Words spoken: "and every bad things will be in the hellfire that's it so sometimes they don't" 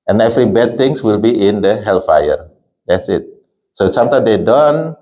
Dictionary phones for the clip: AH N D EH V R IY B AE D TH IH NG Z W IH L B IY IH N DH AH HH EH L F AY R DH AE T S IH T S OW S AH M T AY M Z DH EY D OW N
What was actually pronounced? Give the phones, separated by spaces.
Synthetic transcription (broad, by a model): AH N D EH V R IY B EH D T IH NG S W IH L B IY IH N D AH HH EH L F AY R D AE T S IH T S OW S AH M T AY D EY D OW N